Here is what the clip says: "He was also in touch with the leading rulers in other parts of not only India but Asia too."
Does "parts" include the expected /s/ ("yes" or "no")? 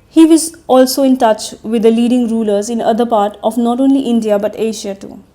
no